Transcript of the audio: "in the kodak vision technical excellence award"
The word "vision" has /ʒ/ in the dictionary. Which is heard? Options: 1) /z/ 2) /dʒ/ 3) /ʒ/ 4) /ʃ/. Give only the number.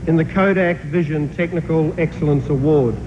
3